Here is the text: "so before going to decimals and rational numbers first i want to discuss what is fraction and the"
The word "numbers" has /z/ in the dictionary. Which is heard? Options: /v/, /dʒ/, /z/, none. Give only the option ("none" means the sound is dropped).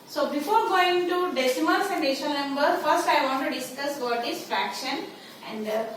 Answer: none